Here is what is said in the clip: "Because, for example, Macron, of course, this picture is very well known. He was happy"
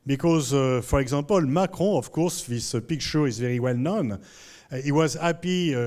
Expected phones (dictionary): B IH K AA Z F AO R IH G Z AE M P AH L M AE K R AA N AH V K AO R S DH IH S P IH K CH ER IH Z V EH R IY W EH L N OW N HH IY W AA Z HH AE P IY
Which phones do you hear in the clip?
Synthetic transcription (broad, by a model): B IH K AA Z F AO R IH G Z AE M P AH L M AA K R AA AH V K AO R S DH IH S P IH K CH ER IH Z V EH R IY W EH L N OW N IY W AA Z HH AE P IY